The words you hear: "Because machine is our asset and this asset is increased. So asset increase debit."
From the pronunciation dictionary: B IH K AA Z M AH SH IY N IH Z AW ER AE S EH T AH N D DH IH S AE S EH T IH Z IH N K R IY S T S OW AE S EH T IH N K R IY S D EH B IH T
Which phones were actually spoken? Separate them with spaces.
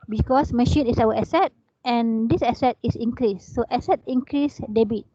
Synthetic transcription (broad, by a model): B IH K AA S M AH SH IY N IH S AW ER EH S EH T AH N D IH S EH S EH T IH S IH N K R IY S T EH S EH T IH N K R IY S D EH B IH T